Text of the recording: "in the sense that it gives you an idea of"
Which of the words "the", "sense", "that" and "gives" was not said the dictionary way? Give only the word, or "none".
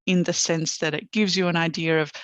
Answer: none